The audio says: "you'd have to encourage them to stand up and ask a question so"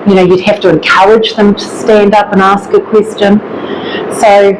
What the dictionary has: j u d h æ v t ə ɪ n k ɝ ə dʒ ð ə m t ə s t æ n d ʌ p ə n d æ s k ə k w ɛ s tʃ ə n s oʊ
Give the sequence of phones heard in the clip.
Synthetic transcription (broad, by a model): j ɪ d h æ f t ə ɪ n k ɝ ə dʒ ð ə m t ə s t æ n d ʌ p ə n æ s k ə k w ɛ s tʃ ə n s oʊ